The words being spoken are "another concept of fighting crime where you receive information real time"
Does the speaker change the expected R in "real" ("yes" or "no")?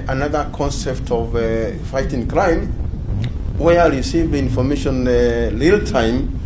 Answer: yes